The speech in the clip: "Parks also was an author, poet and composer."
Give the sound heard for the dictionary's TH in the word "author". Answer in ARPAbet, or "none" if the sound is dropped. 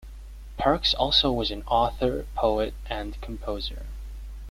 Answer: TH